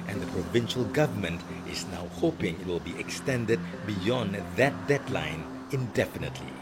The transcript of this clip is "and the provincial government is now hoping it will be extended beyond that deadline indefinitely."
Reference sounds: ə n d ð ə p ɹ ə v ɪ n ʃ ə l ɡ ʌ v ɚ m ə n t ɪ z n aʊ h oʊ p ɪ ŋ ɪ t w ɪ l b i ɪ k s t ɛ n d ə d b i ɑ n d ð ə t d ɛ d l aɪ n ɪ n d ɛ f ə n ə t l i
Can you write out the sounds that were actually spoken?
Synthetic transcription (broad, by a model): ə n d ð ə p ɹ ə v ɪ n ʃ ə l ɡ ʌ v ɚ m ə n t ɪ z n aʊ h oʊ p ɪ ŋ ɪ t w ɪ l b i ɪ k s t ɛ n d ə d b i ɑ n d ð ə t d ɛ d l aɪ n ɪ n d ɛ f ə n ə t l i